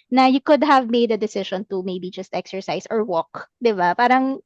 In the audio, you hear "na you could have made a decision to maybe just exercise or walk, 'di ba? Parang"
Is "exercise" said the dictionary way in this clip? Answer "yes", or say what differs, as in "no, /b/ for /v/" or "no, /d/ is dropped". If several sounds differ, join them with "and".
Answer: no, /s/ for /z/